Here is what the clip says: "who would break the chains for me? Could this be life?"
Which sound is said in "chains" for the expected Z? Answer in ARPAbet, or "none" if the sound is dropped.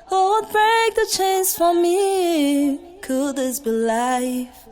S